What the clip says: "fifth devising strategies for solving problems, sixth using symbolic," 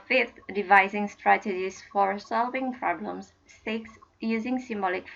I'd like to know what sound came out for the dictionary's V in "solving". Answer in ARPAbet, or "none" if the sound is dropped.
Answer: V